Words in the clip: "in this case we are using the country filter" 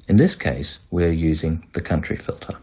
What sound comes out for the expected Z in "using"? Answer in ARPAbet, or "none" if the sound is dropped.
Z